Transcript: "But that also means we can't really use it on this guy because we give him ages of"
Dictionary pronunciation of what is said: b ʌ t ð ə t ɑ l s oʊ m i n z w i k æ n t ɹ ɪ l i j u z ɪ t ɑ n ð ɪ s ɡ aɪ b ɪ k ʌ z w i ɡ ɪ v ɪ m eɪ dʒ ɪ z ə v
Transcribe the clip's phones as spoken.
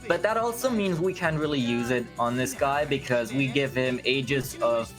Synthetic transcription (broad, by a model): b ʌ t ð ə t ɑ l s oʊ m i n z w i k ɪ n ɹ ɪ l i j u z ɪ t n ð ɪ s ɡ aɪ b ɪ k ʌ z w i ɡ ɪ v ɪ m eɪ dʒ ɪ z ə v